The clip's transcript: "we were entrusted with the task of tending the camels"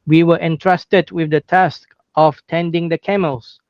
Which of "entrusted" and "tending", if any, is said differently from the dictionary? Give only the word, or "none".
none